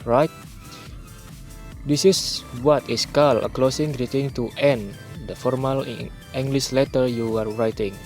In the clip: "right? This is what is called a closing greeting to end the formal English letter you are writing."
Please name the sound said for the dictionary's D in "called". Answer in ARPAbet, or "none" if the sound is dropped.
none